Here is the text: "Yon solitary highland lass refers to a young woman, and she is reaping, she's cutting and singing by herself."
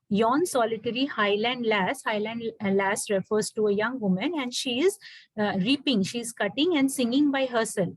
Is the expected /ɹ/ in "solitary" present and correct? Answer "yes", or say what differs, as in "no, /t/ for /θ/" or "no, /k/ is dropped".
no, /l/ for /ɹ/